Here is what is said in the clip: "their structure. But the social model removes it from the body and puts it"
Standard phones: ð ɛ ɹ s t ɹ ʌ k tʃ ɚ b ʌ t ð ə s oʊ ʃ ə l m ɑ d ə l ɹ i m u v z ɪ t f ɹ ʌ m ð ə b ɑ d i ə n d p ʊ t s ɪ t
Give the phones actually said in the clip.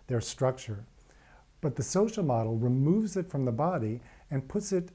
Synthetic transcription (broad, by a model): ð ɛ ɹ s t ɹ ʌ k tʃ ɚ b ʌ t ð ə s oʊ ʃ l m ɑ d l ɹ i m u v z ɪ t f ɹ ʌ m ð ə b ɑ d i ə n p ʊ t s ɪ t